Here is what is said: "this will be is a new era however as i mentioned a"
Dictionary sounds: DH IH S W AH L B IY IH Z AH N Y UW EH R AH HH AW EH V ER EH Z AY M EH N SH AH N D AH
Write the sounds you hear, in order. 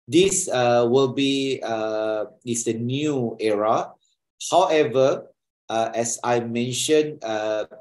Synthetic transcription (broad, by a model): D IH S W AH L B IY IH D AH N Y UW EH R AH HH AW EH V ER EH S AY M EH N SH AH N AH